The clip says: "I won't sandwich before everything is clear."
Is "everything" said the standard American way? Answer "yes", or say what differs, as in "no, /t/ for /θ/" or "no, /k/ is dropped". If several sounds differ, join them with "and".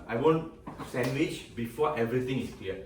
no, /t/ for /θ/